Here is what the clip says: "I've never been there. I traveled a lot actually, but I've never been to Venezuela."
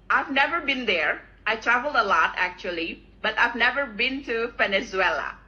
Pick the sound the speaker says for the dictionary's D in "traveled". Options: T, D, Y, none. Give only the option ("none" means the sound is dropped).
D